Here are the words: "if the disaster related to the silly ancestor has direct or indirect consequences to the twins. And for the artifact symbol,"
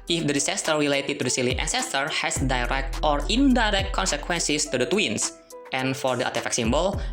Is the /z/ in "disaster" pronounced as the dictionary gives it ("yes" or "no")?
no